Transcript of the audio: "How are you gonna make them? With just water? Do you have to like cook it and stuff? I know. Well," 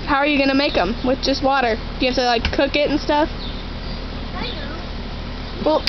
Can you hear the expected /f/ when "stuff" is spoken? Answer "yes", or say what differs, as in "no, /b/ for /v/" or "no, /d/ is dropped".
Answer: yes